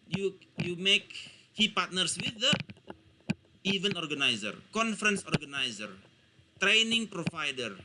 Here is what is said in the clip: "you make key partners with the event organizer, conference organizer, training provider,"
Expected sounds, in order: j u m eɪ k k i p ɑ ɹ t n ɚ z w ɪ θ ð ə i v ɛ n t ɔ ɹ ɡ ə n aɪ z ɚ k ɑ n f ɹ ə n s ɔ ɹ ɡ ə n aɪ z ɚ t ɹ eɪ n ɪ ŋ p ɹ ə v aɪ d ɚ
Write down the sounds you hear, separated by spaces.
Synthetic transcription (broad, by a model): j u m eɪ k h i p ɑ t n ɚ s w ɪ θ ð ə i v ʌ n ɔ ɹ ɡ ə n aɪ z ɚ k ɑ n f ɹ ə n s ɔ ɹ ɡ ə n aɪ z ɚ t ɹ eɪ n ɪ ŋ p ɹ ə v aɪ d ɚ